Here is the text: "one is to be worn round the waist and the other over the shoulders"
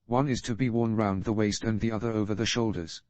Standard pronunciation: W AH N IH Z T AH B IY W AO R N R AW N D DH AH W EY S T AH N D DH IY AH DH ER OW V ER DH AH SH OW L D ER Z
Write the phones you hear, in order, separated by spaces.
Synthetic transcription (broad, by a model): W AH N IH Z T AH B IY W AO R N R AW N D DH AH W EY S T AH N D DH IY AH DH ER OW V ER DH AH SH OW L D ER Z